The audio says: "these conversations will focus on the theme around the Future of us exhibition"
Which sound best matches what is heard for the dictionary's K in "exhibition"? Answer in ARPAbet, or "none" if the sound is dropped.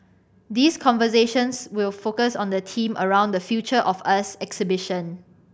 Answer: K